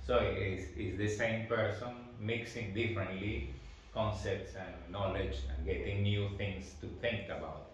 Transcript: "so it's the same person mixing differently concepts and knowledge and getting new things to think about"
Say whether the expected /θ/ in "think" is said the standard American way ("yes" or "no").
no